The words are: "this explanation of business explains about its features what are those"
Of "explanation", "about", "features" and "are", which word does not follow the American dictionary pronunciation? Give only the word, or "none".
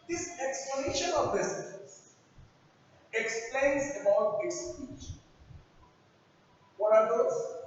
features